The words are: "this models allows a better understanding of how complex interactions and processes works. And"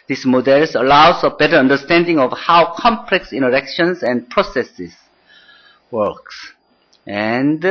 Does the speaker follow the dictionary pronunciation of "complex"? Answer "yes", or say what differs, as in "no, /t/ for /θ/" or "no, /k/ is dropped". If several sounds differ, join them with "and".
yes